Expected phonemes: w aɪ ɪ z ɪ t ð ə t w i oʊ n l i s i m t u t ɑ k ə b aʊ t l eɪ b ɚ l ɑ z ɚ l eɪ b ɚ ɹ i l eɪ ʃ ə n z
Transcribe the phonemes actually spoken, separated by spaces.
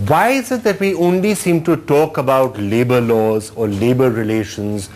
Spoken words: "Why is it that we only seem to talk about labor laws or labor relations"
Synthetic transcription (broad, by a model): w aɪ ɪ z ɪ t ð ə t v i oʊ n l i s i m t u t ɑ k ə b aʊ t l eɪ b ɚ l ɑ z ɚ l eɪ b ɚ ɹ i l eɪ ʃ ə n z